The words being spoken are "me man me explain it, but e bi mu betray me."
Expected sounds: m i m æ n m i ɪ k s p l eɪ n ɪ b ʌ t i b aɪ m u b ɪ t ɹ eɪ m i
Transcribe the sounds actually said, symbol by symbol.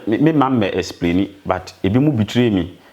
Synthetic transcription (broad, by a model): m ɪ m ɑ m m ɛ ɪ s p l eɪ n ɪ b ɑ t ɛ b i m u b ɪ t ɹ eɪ m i